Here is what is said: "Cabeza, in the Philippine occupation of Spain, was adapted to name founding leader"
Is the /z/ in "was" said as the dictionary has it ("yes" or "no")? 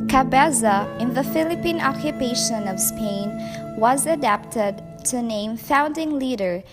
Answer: yes